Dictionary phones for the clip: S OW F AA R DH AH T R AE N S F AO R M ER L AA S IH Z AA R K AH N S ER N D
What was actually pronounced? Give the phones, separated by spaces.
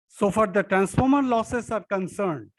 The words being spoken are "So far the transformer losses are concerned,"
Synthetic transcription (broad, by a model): S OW F AA R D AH T R AE N S F AO R M ER L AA S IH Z AA R K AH N S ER N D